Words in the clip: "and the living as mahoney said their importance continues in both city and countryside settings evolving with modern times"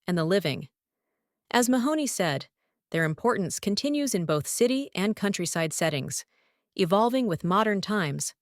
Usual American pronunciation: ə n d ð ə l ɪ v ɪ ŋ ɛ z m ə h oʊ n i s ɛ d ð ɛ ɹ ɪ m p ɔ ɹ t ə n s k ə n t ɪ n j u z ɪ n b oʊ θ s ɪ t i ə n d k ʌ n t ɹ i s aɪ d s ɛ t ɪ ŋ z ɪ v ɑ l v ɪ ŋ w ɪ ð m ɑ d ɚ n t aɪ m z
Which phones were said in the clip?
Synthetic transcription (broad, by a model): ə n ð ə l ɪ v ɪ ŋ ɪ z m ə h oʊ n i s ɛ d ð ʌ ɹ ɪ m p ɔ ɹ t n s k ə n t ɪ n j u z ɪ n b oʊ θ s ɪ t i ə n k ʌ n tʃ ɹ i s aɪ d s ɛ t ɪ ŋ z ɪ v ɑ l v ɪ ŋ w ɪ ð m ɑ d ɚ n t aɪ m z